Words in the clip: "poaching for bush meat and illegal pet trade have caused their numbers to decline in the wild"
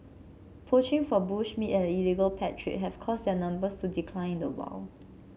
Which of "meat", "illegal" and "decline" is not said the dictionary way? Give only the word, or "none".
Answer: decline